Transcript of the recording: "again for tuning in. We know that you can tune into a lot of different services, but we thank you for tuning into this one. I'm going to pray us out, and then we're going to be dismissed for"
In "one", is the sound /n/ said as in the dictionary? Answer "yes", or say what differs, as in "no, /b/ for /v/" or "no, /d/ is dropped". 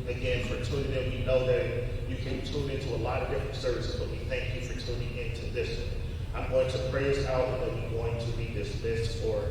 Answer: no, /n/ is dropped